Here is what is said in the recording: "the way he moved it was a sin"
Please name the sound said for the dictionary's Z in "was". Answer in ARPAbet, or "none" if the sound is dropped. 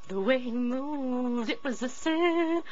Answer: Z